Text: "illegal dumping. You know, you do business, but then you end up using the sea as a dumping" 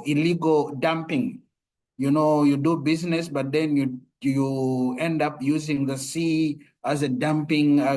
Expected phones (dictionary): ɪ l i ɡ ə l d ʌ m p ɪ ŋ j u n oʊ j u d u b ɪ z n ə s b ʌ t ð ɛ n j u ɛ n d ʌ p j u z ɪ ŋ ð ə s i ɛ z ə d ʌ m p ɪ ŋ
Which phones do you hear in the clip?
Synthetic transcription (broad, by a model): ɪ l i ɡ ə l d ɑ m p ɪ ŋ j u n oʊ j u d u b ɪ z n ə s b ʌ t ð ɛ n j u ɛ n d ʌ p j u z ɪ ŋ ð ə s i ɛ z ə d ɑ m p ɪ ŋ